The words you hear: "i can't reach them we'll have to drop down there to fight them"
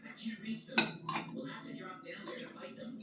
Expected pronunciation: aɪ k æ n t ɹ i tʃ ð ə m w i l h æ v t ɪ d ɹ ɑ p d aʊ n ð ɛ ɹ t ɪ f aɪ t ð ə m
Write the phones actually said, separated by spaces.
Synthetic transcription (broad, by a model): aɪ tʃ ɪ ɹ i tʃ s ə w i l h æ f t ɪ d ɹ ɑ p d aʊ n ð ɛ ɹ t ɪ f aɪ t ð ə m